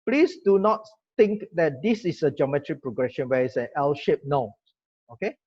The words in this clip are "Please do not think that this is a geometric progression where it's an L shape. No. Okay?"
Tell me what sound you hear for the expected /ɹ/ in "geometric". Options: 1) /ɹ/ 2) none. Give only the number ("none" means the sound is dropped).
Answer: 1